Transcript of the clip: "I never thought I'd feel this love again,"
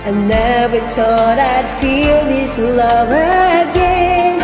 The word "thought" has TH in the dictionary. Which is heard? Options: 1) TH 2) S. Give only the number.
2